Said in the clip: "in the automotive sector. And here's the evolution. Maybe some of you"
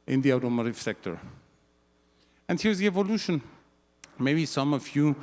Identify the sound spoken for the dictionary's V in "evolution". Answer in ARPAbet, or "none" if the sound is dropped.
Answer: V